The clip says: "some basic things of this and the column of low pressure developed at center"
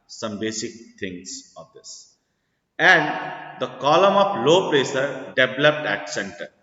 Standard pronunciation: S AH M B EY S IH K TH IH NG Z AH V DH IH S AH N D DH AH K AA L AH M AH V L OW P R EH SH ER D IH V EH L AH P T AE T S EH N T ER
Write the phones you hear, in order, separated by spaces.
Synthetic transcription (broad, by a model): S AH M B EY S IH K T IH NG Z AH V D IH S AH N D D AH K AA L AH M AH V L OW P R EH S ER D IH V L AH P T AE T S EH N T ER